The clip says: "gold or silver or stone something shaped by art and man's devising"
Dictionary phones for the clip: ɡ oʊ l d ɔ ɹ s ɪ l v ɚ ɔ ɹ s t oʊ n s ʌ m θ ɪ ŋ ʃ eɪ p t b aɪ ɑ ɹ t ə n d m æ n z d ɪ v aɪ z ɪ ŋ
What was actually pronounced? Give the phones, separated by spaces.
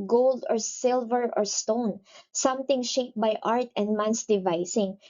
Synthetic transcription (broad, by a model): ɡ oʊ l d ɔ ɹ s ɪ l v ɚ ɔ ɹ s t oʊ n s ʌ m t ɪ ŋ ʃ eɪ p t b aɪ ɑ ɹ t ə n d m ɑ n s d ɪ v aɪ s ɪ ŋ